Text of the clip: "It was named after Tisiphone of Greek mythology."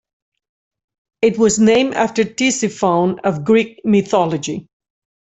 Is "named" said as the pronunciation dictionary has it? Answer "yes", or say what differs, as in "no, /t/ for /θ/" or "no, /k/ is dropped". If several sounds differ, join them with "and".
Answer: no, /d/ is dropped